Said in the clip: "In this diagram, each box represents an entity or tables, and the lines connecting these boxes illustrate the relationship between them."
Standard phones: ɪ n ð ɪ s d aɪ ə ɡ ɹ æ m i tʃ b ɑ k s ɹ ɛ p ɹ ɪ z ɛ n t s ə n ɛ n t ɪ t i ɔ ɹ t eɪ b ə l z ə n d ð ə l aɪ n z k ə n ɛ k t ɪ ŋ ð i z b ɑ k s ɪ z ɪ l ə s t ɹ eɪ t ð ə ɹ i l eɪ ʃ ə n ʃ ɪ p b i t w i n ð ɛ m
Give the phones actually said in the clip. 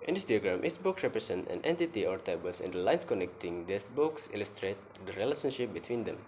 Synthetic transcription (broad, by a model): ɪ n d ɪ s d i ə ɡ ɹ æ m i s b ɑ k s ɹ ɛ p ɹ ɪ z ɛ n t ə n ɛ n t ɪ t i ɔ ɹ t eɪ b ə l s ə n d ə l aɪ n s k ə n ɛ k t ɪ ŋ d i s b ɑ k s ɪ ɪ l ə s t ɹ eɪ t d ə ɹ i l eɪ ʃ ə n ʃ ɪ p b i t w i n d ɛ m